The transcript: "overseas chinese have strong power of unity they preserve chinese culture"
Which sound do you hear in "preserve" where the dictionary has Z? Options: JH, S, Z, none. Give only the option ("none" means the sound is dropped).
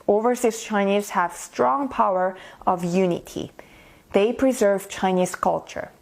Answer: Z